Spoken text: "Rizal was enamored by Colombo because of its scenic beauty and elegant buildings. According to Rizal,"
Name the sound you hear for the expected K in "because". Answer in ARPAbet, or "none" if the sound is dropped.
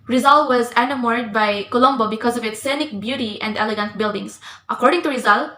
K